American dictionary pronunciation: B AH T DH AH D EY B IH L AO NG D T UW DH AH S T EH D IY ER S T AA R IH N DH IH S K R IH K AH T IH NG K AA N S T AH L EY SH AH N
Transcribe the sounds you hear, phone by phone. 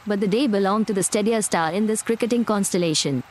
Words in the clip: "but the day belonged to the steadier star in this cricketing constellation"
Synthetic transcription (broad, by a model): B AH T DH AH D EY B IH L AO NG T UW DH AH S T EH D IY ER S T AA L IH N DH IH S K R IH K AH T IH NG K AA N S T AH L EY SH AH N